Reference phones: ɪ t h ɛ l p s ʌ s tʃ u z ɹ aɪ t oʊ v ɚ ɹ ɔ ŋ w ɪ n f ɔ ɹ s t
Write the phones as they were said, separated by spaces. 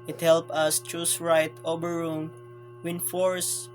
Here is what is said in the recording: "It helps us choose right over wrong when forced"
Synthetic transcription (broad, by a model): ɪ t h ɛ l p ʌ s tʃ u s ɹ aɪ t oʊ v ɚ ɹ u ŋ w ɪ n f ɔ ɹ s